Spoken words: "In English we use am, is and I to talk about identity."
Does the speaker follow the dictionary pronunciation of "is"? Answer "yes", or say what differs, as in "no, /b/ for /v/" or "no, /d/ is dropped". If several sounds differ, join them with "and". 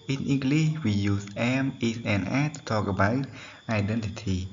no, /s/ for /z/